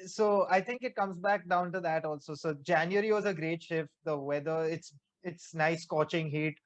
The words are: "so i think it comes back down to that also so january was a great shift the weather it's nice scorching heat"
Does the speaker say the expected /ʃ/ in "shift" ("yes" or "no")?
yes